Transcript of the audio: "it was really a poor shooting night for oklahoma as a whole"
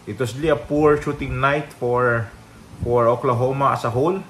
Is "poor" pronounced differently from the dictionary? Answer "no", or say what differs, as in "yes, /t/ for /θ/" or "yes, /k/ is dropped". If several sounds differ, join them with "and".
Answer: no